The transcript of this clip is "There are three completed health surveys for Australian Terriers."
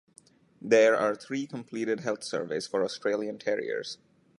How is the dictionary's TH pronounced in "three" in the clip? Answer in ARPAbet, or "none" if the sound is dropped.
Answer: T